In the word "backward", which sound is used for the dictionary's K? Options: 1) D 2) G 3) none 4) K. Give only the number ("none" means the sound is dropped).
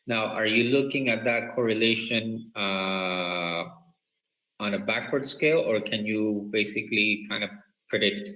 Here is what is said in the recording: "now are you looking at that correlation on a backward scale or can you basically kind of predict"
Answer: 4